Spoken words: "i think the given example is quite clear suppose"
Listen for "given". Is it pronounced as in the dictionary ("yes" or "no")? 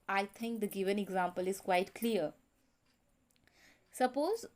yes